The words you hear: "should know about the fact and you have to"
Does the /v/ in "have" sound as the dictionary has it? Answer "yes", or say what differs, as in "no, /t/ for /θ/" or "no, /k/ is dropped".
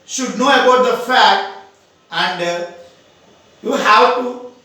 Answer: no, /w/ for /v/